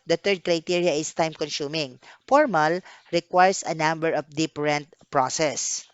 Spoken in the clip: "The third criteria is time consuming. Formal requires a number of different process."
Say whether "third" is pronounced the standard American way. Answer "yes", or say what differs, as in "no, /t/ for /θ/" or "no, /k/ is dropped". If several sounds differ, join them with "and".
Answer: no, /t/ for /θ/